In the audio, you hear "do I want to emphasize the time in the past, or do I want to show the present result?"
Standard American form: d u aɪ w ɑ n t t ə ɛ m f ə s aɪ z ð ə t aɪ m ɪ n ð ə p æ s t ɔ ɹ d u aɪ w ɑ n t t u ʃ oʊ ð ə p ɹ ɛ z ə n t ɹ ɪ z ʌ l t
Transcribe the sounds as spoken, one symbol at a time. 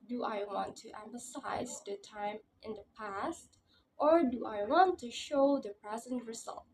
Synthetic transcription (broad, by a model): d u aɪ w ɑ n t t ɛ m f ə s aɪ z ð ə t aɪ m ɪ n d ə p æ s t ɔ ɹ d u aɪ w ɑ n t t u ʃ oʊ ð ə p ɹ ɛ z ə n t ɹ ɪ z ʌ l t